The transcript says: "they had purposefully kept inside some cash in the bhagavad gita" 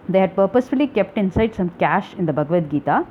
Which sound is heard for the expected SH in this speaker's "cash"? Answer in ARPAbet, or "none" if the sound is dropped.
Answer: SH